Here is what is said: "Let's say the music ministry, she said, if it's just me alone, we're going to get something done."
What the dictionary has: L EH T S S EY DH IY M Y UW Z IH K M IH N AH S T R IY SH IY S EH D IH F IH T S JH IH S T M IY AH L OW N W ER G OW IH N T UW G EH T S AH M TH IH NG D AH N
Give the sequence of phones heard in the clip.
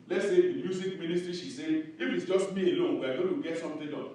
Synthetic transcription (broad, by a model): L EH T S S EY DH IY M Y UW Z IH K M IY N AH S T R IY SH IY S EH IH F IH T S JH IH S T M IY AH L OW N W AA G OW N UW G EH T S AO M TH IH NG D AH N